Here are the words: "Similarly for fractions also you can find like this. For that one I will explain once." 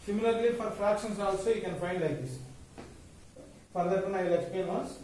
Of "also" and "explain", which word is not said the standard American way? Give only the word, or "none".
explain